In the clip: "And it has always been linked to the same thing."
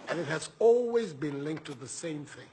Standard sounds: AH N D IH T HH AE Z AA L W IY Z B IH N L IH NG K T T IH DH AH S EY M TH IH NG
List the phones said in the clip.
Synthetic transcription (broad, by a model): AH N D IH T HH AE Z AA L W IY Z B IH N L IH NG K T T IH DH AH S EY M TH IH NG